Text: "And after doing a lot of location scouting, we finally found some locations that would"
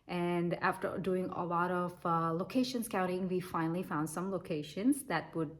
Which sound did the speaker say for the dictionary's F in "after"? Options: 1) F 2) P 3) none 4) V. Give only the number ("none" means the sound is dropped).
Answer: 1